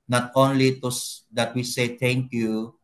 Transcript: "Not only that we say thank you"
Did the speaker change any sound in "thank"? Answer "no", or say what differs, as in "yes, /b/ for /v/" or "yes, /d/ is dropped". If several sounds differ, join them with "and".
yes, /t/ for /θ/